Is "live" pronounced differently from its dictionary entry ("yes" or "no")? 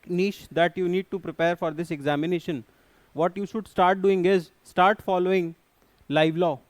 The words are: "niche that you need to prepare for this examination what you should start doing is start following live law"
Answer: no